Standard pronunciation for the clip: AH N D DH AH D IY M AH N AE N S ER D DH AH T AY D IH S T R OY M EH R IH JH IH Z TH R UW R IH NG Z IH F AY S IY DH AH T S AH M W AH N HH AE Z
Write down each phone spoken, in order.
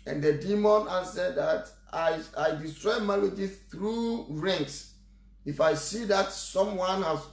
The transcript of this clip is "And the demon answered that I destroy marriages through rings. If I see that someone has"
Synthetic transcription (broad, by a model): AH N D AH D IY M AH N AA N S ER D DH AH T AY D IH S T R OY M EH L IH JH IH TH R UW R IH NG S IH F AY S IY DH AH T S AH M W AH N HH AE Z